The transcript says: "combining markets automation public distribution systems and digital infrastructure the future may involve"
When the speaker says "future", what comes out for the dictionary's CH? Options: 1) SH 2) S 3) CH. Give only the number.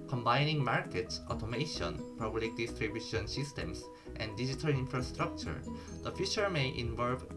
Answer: 1